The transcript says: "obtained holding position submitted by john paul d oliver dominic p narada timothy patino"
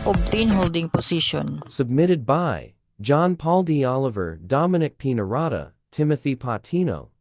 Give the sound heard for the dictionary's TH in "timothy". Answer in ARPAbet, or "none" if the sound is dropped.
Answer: TH